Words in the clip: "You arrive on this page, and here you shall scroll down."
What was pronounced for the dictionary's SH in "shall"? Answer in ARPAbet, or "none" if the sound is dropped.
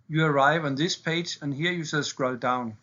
S